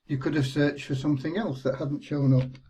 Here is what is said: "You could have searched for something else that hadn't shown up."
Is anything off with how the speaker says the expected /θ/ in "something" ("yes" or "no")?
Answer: no